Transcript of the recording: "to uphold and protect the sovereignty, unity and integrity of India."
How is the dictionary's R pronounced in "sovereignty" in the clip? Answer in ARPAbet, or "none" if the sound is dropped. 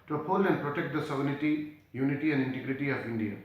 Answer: none